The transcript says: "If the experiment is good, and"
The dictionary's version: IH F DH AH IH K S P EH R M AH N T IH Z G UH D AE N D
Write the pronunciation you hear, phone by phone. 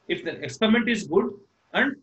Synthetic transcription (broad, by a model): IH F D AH IH K S P EH R M AH N T IH Z G UH D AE N D